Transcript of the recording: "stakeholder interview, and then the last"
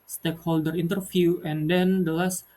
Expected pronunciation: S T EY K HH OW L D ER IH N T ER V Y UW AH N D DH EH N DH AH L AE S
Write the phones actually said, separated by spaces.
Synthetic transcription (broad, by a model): S T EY K HH OW L D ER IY N T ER F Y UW AH N D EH N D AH L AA S